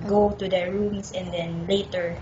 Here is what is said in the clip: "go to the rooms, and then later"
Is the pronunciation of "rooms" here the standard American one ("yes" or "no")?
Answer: no